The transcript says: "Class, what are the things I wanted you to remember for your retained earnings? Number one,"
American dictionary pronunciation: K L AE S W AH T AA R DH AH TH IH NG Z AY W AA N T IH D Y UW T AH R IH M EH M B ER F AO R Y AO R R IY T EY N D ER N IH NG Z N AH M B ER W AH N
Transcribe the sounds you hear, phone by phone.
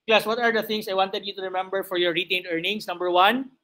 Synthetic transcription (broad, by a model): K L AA S W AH T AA R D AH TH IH NG S AY W AA N T IH D Y UW T AH R IH M EH M B ER F AO R Y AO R R IY T EY N D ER N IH NG S N AH M B ER W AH N